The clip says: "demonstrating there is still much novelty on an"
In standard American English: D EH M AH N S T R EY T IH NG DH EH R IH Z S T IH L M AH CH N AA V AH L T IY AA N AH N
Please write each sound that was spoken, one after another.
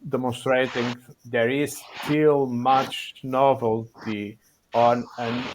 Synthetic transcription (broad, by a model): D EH M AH N S T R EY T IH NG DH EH R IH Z S T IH L M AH CH N AA V AH L T IY AA N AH N